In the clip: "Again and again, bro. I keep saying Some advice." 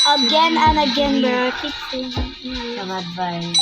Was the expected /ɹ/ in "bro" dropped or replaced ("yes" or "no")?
yes